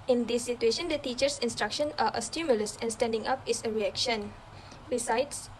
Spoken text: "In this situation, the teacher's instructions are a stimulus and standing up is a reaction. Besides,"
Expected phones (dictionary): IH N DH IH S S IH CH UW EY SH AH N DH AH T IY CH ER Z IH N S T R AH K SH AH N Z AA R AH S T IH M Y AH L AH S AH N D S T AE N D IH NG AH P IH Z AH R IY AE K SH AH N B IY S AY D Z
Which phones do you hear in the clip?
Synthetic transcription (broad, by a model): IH N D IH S S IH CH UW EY SH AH N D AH T IY CH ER S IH N S T R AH K SH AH N AA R AH S T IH M Y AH L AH S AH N S T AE N D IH NG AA P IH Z AH R IY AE K SH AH N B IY S AY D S